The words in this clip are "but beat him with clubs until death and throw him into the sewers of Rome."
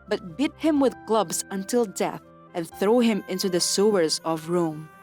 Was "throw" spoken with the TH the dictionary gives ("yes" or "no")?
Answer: yes